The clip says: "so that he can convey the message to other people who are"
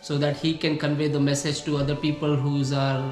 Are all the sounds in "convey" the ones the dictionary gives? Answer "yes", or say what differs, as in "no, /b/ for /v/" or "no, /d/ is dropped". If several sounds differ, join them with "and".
yes